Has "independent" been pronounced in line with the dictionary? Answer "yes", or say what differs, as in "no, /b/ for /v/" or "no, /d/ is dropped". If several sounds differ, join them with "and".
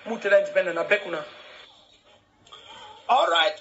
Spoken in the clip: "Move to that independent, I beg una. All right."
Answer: no, /t/ is dropped